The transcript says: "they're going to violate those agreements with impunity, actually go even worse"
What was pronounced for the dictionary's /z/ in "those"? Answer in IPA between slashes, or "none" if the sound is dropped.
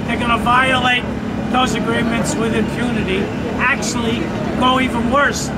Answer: /z/